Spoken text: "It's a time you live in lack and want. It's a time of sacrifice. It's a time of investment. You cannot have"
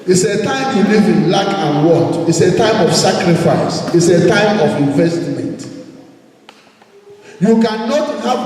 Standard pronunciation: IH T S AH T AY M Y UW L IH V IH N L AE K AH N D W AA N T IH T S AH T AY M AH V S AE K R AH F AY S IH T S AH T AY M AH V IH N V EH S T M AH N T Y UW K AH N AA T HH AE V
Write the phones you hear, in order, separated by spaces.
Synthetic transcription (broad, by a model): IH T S AH T AY M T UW L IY V IH N L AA K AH N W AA T IH T S AH T AY M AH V S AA K R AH F AY S IH T S AH T AY M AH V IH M V EH S T M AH N T Y UW K AH N AA T HH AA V